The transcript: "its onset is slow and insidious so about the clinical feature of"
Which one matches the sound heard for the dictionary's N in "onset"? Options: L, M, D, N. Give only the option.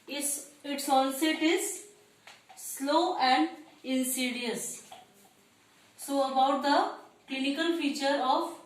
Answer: L